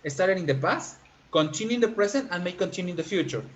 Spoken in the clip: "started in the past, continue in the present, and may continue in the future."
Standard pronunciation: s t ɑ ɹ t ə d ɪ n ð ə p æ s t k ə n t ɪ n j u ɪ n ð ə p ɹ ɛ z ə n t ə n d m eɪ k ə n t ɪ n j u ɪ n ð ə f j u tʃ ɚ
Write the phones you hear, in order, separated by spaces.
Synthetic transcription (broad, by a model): s t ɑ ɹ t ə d ɪ n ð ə p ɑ s t k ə n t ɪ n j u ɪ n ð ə p ɹ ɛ s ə n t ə n m eɪ k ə n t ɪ n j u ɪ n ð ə f j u tʃ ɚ